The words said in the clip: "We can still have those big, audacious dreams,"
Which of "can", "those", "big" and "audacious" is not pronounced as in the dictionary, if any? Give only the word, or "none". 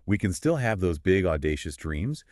none